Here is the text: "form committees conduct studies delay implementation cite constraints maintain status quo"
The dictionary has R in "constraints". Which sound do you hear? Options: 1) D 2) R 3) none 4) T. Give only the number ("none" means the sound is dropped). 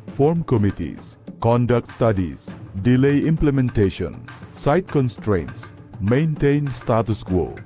2